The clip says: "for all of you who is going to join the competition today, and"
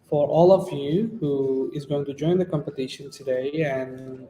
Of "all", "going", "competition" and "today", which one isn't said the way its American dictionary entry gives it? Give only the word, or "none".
none